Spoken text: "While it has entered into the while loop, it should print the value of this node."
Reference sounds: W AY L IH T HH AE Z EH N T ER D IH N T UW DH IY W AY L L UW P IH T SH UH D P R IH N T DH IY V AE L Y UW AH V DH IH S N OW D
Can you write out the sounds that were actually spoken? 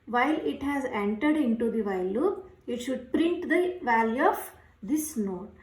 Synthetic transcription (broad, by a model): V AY L IH T HH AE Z EH N T ER D IH N T UW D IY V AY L L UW IH T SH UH D P R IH N T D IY V AE L Y UW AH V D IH S N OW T